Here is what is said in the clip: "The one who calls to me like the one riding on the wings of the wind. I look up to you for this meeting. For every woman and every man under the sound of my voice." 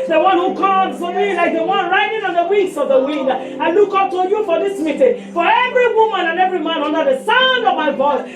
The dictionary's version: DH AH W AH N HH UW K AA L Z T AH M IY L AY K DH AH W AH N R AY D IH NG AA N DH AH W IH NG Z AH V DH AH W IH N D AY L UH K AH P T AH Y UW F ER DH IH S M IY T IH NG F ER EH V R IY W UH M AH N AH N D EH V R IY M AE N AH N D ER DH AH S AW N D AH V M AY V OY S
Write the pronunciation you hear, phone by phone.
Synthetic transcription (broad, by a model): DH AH W AH N HH UW K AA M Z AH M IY L AY K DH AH W AH N R AY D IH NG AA N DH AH W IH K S AH V DH AH W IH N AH AY L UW K AH P T AH Y UW F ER DH IH S M IY T IH NG F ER EH V R IY W UH M AH N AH N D EH V R IY M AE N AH N D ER DH AH S AW N D AH V M AY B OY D